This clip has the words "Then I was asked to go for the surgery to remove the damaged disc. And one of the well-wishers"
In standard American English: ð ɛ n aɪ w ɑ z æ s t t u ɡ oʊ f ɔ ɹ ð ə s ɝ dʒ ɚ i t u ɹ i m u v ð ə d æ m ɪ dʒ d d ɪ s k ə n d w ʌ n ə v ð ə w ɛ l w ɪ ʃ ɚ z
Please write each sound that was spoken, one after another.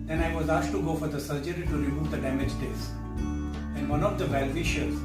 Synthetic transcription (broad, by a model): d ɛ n aɪ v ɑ z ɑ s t t u ɡ oʊ f ɔ ɹ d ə s ɝ dʒ ɚ i t u ɹ i m u v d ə d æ m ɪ dʒ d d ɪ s ə n d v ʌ n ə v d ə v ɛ l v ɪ ʃ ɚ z